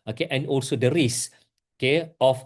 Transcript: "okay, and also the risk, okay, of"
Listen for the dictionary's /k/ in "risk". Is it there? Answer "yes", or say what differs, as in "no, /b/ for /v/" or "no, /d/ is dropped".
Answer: no, /k/ is dropped